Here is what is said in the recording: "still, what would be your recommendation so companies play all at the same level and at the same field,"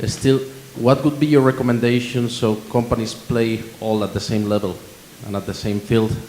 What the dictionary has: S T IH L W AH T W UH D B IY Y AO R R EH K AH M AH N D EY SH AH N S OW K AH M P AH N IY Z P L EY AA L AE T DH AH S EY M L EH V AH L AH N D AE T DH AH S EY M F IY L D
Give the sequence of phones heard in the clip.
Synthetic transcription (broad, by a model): S T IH L W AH T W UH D B IY Y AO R R EH K AH M AH N D EY SH AH N S OW K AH M P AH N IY S P L EY AA L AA T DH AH S EY M L EH V AH L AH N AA T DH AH S EY M F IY L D